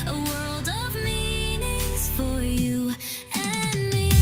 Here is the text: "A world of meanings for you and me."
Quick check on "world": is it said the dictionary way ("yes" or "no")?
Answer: yes